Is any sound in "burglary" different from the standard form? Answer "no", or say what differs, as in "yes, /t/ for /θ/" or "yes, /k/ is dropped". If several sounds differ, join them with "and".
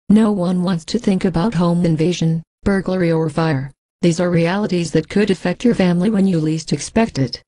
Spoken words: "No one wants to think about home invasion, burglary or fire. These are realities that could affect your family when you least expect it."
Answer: no